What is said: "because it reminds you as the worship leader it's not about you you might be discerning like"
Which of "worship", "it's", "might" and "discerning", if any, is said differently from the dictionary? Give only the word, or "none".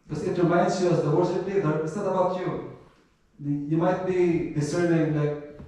worship